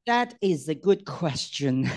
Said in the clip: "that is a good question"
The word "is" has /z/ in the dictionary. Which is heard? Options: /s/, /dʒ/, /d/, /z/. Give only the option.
/z/